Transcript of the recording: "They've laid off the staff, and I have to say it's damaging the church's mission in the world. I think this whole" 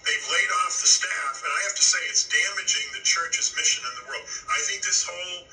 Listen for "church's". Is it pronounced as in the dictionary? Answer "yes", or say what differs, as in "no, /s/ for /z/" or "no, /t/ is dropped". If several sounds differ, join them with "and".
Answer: yes